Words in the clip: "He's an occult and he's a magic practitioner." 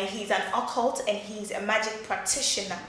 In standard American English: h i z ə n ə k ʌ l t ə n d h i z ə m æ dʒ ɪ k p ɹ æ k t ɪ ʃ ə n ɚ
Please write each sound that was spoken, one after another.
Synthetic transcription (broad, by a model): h i z ə n ə k ʌ l t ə n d h i z ə m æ dʒ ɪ k p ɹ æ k t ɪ ʃ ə n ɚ